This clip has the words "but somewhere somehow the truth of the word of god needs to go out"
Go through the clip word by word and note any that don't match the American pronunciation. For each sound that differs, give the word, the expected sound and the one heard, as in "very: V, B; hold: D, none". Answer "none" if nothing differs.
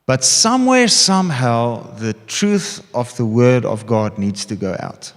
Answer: none